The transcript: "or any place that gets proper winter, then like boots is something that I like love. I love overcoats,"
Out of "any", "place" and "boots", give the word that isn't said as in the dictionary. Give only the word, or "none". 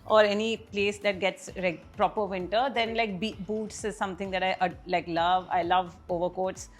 none